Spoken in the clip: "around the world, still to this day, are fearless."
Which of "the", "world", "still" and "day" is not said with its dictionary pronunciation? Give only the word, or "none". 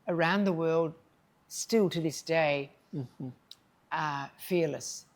none